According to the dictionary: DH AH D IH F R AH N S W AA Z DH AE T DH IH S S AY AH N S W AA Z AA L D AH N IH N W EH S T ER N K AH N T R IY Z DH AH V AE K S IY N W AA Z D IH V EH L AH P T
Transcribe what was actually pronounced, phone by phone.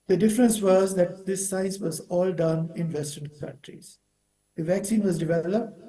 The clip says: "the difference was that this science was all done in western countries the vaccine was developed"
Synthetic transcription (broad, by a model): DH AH D IH F R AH N S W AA Z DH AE T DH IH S S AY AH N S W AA Z AA L D AH N IH N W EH S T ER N K AH N T R IY Z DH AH V AE K S IY N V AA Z D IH V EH L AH P T